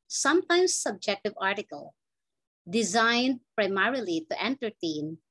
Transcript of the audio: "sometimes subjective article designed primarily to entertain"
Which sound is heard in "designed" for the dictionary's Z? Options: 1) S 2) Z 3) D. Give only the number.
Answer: 2